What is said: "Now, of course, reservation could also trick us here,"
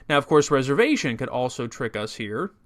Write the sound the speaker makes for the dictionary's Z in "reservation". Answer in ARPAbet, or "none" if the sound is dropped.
Z